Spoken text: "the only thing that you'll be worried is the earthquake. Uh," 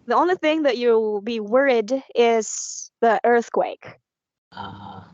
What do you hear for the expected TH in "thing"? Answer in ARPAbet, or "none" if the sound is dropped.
TH